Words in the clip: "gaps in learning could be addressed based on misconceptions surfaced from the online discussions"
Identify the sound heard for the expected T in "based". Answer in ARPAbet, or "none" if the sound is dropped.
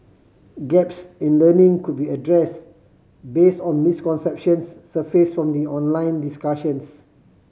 T